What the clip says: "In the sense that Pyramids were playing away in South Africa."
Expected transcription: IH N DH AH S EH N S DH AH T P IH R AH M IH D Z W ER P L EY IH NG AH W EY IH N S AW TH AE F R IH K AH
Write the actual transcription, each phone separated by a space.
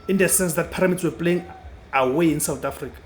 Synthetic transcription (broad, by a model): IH N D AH S EH N S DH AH T P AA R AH M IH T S W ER P L EY IH NG AH W EY IH N S AW T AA F R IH K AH